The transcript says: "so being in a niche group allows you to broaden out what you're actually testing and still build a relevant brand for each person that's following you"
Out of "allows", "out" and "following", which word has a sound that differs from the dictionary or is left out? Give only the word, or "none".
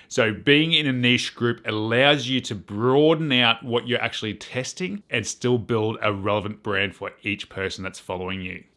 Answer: none